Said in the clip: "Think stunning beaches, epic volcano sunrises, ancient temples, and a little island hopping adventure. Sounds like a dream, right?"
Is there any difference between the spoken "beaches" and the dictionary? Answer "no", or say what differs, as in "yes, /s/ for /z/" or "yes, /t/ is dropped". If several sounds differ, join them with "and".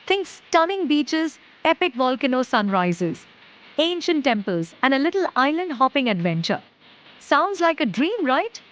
no